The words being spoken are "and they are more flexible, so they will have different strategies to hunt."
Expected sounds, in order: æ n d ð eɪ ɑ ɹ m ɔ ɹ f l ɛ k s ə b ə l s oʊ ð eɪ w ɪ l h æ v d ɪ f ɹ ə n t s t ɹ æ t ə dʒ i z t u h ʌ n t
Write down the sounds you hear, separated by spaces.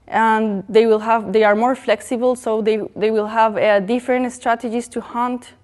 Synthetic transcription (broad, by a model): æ n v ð eɪ ɑ ɹ m ɔ ɹ f l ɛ k s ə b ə l s oʊ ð eɪ w ɪ l h æ v d ɪ f ɹ ə n t s t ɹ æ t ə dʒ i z t u h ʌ n t